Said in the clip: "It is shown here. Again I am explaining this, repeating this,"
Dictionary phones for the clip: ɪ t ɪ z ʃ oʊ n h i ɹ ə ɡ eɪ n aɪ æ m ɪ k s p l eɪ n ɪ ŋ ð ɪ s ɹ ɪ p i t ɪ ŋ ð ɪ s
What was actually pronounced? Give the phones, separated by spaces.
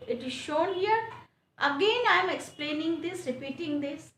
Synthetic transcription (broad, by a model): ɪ t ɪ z ʃ oʊ n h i ɹ ə ɡ eɪ n aɪ m ɪ k s p l eɪ n ɪ ŋ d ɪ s ɹ ɪ p i t ɪ ŋ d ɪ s